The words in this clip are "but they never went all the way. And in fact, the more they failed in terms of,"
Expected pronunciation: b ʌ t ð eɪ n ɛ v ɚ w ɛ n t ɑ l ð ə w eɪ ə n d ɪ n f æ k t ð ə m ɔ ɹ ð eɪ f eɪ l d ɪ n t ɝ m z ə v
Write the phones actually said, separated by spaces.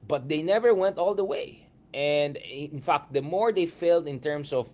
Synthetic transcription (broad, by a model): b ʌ t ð eɪ n ɛ v ɚ w ɛ n t ɑ l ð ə w eɪ ə n d ɪ n f æ k t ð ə m ɔ ɹ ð eɪ f eɪ l d ɪ n t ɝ m s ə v